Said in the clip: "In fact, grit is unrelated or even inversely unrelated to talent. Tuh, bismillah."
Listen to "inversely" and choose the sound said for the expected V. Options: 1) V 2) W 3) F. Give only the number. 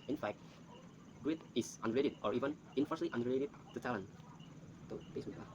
3